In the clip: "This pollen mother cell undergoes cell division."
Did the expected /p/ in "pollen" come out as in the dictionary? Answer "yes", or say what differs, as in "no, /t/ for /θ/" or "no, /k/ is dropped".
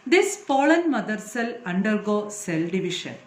no, /f/ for /p/